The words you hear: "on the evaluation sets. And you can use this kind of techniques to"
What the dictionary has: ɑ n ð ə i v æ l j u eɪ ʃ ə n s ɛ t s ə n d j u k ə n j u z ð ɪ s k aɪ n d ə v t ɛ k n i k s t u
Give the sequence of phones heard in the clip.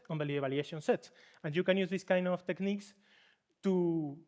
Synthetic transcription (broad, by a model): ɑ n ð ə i b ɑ l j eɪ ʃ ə n s ɛ t s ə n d j u k ə n j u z ð ɪ s k aɪ n d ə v t ɛ k n i k s t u